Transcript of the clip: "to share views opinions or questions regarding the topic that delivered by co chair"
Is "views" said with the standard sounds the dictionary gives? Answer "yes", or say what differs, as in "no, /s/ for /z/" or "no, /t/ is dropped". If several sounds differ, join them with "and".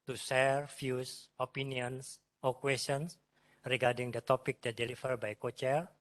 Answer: no, /f/ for /v/ and /s/ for /z/